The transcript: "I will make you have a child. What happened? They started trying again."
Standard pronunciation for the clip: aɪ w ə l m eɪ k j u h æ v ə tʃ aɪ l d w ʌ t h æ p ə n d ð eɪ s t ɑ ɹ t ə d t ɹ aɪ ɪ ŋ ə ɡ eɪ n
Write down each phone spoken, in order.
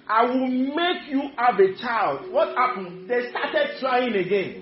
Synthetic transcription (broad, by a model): aɪ w ə l m eɪ k j u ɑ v ə tʃ aɪ l d w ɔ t h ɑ p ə n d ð eɪ s t ɑ t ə d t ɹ aɪ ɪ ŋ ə ɡ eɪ n